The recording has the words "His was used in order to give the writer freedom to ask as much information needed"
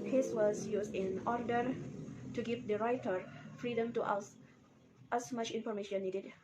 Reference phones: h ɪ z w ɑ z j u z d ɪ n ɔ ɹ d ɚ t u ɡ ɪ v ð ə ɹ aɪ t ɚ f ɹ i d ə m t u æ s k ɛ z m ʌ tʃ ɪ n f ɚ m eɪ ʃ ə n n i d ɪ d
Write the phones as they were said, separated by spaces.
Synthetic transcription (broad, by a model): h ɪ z w ɑ z j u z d ɪ n ɔ ɹ d ɚ t u ɡ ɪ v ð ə ɹ aɪ t ɚ f ɹ i d ə m t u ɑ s ɑ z m ʌ tʃ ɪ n f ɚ m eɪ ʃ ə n n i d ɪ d